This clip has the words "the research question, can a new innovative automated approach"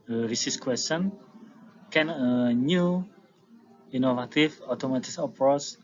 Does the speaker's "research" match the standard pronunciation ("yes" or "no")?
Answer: no